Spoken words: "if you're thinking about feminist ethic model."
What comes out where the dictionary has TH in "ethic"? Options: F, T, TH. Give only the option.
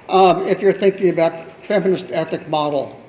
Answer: TH